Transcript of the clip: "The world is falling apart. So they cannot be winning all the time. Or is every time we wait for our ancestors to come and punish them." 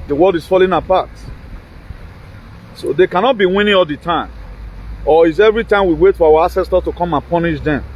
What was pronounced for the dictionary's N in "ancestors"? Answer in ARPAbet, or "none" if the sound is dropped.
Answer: none